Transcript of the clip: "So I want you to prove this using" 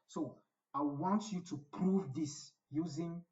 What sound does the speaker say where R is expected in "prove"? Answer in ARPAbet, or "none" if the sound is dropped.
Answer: R